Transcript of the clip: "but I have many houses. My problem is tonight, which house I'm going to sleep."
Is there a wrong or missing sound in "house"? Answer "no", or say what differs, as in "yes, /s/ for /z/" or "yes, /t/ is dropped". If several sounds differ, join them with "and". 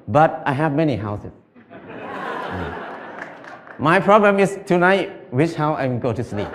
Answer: yes, /s/ is dropped